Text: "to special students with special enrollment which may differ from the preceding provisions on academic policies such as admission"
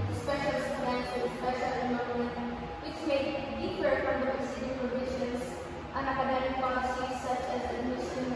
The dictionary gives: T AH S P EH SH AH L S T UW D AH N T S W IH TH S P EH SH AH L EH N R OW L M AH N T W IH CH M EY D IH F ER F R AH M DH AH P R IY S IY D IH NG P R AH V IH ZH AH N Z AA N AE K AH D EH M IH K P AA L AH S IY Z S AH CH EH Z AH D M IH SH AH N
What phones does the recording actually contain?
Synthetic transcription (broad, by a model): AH S P EH SH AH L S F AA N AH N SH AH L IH S P EH SH AH L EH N L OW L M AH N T W IH CH M EY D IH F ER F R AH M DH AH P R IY S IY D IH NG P R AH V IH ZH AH N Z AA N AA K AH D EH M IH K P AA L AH S IY S AH CH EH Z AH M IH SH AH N